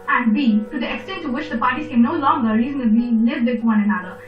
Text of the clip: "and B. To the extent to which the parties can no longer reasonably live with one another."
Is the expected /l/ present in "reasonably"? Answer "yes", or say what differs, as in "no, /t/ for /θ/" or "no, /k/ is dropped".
no, /l/ is dropped